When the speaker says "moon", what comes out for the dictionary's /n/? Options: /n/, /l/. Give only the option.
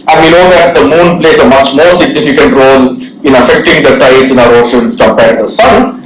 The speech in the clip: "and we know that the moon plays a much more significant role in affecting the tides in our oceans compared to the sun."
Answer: /n/